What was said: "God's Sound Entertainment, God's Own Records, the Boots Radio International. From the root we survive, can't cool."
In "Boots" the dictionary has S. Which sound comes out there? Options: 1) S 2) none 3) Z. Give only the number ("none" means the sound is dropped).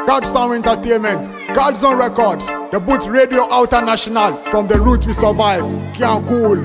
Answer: 2